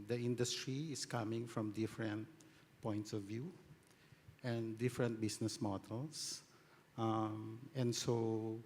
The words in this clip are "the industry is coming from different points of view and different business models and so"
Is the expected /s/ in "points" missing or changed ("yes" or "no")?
no